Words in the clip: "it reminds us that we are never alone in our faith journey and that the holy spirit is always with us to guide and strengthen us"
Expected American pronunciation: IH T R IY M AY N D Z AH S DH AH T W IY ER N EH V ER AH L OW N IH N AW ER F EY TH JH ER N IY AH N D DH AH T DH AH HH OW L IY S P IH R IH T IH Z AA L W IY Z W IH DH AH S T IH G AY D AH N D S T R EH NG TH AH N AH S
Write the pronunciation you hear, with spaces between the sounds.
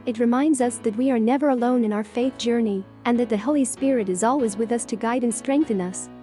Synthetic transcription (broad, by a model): IH T R IY M AY N D Z AH S DH AH T W IY ER N EH V ER AH L OW N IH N AW ER F EY TH JH ER N IY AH N DH AH T DH AH HH OW L IY S P IH R IH T IH Z AA L W IY Z W IH DH AH S T IH G AY D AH N S T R EH NG TH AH N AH S